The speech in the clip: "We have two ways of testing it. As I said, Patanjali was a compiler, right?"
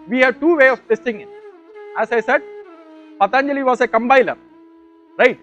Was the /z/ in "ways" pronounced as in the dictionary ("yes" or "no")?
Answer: no